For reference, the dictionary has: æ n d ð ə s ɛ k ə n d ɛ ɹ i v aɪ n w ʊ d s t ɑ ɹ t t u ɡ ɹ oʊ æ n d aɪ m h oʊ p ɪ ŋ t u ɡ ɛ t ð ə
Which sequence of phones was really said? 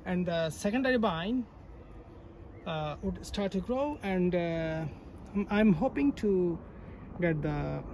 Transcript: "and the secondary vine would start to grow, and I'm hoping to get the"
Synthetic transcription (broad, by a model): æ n d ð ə s ɛ k ə n d ɛ ɹ i b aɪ n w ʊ d s t ɑ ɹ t t u ɡ ɹ oʊ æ n d aɪ m h oʊ p ɪ ŋ t u ɡ ɛ t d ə